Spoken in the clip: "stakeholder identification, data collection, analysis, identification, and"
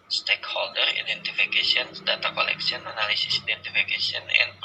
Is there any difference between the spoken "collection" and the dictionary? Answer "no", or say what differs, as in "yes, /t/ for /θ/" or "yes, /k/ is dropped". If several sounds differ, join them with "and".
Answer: yes, /s/ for /ʃ/